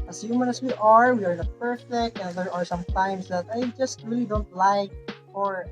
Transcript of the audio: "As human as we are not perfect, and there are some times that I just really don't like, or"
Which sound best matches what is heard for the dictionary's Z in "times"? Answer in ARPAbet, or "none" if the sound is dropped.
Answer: S